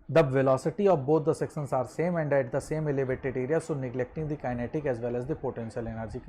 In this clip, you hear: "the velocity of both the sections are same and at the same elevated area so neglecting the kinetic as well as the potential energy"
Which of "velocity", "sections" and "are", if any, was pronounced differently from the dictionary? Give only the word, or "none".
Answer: sections